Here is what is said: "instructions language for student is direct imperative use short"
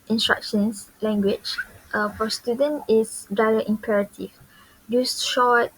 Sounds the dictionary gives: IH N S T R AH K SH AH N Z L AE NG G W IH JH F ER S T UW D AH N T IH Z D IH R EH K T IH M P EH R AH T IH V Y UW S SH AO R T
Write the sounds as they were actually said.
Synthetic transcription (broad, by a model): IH N S T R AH K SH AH N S L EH NG G W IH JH F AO S T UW D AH N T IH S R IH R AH T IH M P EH R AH T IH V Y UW S SH AO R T